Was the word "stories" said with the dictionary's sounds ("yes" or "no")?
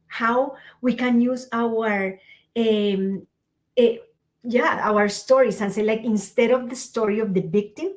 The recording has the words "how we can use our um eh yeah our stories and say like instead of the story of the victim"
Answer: no